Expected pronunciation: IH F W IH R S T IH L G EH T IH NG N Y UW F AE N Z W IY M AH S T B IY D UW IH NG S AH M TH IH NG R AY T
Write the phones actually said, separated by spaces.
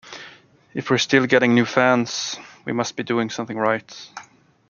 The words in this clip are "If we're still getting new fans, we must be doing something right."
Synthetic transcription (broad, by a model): IH F W IH R S T IH L G EH T IH NG N Y UW F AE N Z W IY M AH S T B IY D UW IH NG S AH M TH IH NG R AY T